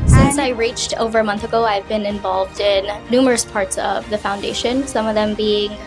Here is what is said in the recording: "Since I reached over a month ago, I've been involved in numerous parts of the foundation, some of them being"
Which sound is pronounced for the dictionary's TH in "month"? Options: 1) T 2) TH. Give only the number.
2